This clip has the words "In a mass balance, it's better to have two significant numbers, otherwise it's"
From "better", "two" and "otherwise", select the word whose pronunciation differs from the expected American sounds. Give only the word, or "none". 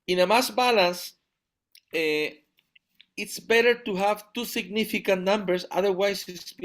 otherwise